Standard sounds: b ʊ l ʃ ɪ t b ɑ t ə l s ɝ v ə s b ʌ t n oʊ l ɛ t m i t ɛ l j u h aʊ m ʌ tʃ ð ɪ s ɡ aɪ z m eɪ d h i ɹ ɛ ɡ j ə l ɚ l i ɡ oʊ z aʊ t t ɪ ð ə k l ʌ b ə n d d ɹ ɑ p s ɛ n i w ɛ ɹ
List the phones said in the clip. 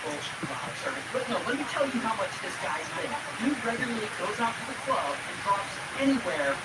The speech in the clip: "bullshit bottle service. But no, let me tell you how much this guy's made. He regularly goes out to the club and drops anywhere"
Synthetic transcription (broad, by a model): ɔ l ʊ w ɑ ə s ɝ ə b ʌ t n oʊ l ɛ t m i t ɛ l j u h aʊ m ʌ tʃ ð ɪ s ɡ aɪ z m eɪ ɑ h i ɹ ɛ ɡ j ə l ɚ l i ɡ oʊ z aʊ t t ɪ ð ə k l ʌ b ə n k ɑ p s ɛ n i w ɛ ɹ